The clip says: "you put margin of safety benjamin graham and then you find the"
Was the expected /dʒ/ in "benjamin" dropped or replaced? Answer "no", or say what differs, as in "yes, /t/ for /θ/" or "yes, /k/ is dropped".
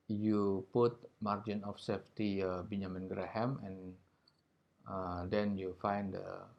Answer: yes, /dʒ/ is dropped